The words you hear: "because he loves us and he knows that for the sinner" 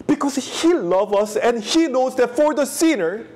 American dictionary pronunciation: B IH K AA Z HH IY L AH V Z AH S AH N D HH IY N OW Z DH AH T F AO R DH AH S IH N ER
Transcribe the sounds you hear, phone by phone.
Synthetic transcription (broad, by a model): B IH K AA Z HH IY L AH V AH S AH N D HH IY N OW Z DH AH T F AO R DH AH S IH N ER